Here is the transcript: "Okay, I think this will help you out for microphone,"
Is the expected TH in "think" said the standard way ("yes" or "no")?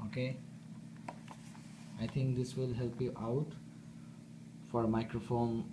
no